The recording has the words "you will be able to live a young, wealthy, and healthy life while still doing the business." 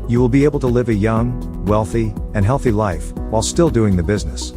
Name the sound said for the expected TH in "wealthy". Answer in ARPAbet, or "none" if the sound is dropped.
TH